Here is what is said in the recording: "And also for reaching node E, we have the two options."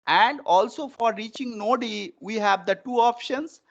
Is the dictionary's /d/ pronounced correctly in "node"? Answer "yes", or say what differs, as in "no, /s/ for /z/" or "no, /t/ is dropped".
yes